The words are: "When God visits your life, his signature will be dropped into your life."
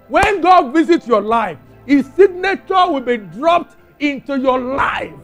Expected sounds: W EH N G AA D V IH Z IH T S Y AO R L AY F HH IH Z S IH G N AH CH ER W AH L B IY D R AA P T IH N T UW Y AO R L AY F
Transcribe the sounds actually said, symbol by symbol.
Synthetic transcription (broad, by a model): W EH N G AA D V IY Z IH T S Y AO L AY F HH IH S S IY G N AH CH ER W AH L B IY D R AA P T IH N T UW Y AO L AY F